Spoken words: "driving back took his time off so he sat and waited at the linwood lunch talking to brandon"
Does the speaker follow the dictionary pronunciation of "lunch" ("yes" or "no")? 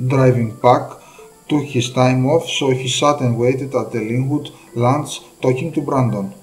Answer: no